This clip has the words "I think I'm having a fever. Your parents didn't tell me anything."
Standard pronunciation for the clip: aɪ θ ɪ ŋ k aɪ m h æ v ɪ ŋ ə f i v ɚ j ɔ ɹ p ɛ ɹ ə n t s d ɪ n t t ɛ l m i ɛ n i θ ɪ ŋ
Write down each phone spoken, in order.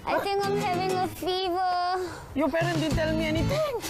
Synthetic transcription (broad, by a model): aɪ t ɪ ŋ k aɪ m h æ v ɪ ŋ ə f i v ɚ j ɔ p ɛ ɹ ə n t d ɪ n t t ɛ l m i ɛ n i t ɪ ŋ